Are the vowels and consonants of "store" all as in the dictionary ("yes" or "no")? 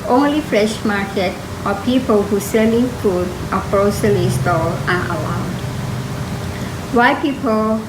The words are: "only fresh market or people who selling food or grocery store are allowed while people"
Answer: no